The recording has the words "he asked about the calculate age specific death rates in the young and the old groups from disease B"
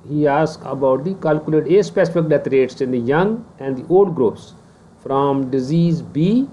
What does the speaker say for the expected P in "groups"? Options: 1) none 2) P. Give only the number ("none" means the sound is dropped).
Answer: 1